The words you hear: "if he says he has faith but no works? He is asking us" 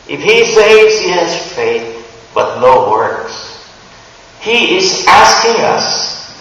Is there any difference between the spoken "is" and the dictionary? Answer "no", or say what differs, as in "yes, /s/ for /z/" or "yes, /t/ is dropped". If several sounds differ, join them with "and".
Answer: no